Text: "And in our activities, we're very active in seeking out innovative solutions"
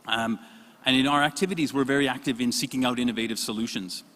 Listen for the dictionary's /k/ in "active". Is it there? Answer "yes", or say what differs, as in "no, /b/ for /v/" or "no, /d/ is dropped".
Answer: yes